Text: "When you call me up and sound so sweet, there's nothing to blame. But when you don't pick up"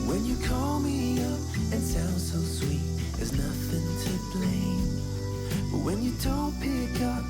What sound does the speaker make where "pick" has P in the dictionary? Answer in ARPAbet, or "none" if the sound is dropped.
P